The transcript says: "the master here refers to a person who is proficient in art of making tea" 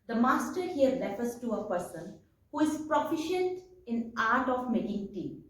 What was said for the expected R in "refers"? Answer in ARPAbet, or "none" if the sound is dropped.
L